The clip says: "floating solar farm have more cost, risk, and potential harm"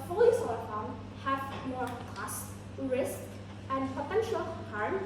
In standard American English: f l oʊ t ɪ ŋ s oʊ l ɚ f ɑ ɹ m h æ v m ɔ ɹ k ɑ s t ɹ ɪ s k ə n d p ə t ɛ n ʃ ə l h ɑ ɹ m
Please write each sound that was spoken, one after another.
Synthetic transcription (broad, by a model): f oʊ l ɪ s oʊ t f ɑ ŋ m h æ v m ɔ ɹ k ɑ s t ɹ ɪ s k ə n d p ə t ɛ n ʃ ə l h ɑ ɹ m